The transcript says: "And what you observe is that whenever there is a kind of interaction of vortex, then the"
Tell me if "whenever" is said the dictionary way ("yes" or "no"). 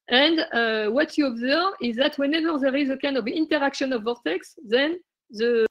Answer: yes